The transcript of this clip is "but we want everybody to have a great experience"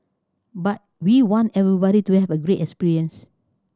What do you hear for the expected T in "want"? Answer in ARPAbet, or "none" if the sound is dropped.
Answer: T